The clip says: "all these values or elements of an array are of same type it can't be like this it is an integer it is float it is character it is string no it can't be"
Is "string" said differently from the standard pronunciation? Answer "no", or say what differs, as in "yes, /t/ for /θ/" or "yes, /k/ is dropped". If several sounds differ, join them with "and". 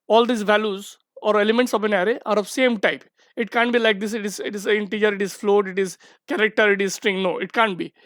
no